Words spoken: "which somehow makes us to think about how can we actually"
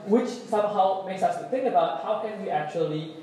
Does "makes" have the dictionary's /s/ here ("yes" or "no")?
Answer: yes